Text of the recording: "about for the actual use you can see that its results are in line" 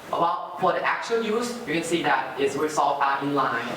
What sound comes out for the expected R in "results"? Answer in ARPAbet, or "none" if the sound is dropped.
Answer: W